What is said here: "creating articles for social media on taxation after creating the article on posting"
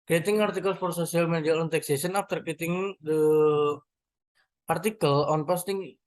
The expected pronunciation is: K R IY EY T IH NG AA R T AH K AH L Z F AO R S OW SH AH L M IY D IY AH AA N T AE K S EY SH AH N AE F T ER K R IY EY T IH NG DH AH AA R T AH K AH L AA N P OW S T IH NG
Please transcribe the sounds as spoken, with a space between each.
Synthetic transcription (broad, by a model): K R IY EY T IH NG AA R T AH K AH L S F AO R S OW S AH L M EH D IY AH AA N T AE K S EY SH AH N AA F T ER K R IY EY T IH NG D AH AA R T AH K AH L AA N P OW S T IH NG